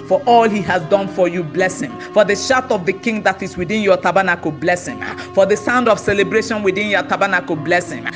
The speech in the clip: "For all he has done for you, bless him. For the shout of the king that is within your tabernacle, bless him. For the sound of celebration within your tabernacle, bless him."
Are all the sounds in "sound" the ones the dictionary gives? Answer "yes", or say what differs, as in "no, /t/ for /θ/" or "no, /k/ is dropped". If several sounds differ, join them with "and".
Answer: yes